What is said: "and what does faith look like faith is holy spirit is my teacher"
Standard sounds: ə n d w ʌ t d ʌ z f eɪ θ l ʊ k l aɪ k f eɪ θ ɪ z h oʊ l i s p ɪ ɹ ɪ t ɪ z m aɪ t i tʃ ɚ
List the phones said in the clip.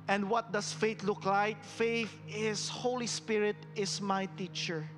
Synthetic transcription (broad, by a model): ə n d w ʌ t d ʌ s f eɪ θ l ʊ k l aɪ k f eɪ θ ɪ s h oʊ l i s p ɪ ɹ ɪ t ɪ s m aɪ t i tʃ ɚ